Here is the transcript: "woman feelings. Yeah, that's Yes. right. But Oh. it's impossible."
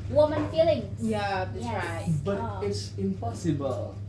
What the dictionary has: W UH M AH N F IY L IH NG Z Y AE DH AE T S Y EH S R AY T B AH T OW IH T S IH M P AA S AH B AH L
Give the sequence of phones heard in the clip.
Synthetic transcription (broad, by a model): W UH M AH N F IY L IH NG Y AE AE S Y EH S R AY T B AH T IH T S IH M P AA S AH B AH L